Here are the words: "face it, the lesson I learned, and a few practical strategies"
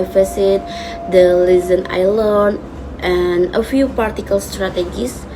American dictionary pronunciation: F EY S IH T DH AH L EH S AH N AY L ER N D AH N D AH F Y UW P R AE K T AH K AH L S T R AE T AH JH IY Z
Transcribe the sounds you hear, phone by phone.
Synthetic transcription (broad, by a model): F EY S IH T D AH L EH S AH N AY L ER N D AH N AH F Y UW P AA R T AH K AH L S T R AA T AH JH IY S